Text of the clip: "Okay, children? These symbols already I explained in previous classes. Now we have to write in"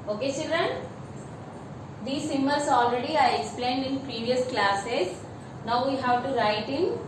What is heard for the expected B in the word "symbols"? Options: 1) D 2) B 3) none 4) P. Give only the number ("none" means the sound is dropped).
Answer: 3